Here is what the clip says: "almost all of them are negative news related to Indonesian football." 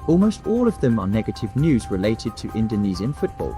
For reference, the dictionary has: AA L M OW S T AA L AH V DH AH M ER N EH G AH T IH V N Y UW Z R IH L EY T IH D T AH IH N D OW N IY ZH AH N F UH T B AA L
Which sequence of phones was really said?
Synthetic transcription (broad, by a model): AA L M OW S T AA L AH V DH AH M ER N EH G AH T IH V N Y UW Z R IH L EY T IH D T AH IH N D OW N IY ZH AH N F UH T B AA L